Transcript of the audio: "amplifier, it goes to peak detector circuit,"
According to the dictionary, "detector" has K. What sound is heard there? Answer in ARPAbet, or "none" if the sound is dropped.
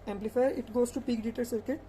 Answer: none